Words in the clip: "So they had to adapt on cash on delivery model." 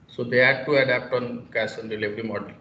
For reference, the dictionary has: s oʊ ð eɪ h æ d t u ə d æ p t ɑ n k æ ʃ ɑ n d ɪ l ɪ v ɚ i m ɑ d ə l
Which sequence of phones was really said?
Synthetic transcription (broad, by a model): s oʊ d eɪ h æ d t u ə d æ p t ɑ n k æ s ɑ n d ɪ l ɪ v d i m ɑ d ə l